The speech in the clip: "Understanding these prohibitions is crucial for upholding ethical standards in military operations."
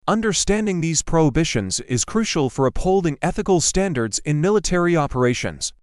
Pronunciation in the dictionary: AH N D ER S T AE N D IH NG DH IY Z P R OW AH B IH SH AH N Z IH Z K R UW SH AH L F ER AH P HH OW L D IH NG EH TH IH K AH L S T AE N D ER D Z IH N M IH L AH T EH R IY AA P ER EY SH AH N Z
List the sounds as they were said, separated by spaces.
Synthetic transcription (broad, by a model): AH N D ER S T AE N D IH NG DH IY Z P R OW AH B IH SH AH N Z IH Z K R UW SH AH L F ER AH P HH OW L D IH NG EH TH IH K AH L S T AE N D ER D Z IH N M IH L AH T EH R IY AA P ER EY SH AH N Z